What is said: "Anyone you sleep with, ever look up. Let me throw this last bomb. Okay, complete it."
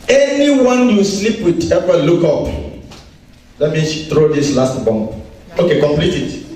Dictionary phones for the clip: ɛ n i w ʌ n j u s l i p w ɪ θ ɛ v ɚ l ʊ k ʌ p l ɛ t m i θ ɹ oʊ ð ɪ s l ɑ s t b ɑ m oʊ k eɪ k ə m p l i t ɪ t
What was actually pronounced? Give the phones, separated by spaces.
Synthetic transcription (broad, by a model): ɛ n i w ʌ n j u s l i p w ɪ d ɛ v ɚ l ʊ k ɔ p l ɛ t m i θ ɹ oʊ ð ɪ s l ɑ s t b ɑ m oʊ k eɪ k ə m p l i t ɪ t